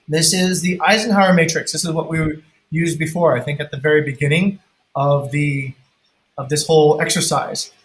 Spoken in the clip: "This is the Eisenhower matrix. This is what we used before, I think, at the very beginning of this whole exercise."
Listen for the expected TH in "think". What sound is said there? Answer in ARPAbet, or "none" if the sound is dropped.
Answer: TH